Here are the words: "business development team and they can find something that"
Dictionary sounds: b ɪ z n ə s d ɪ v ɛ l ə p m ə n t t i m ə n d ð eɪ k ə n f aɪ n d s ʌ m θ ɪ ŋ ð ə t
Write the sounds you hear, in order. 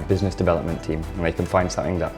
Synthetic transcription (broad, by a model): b ɪ z n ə s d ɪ v ɛ l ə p m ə n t t i m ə n ð eɪ k ə n f aɪ n d s ʌ m θ ɪ ŋ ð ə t